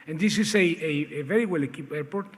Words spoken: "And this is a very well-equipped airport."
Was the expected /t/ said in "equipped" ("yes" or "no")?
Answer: no